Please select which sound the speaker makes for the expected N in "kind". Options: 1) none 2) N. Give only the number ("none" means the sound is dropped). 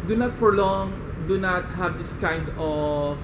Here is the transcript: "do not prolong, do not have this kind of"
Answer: 2